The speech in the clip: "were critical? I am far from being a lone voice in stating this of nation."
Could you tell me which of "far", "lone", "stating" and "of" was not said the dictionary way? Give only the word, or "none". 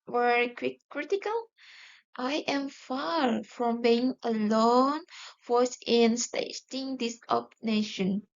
of